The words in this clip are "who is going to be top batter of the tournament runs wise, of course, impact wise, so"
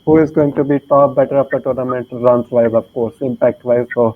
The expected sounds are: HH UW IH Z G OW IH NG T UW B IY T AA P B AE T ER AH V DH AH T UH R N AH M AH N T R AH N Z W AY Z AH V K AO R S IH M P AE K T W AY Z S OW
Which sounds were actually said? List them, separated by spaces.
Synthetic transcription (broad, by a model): HH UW IH Z G OW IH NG T UW B IY T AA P B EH T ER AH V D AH T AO R N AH M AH N T L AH N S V AY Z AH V K AO R S IH M P AE K T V AY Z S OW